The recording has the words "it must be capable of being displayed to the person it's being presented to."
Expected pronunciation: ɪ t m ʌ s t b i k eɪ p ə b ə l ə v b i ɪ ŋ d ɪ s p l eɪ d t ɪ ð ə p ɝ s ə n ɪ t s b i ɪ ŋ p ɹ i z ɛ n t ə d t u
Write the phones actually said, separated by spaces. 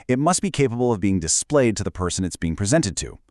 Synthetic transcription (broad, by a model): ɪ t m ʌ s t b i k eɪ p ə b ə l ə v b i ɪ ŋ d ɪ s p l eɪ d t ɪ ð ə p ɝ s ə n ɪ t s b i ɪ ŋ p ɹ i z ɛ n t ə d t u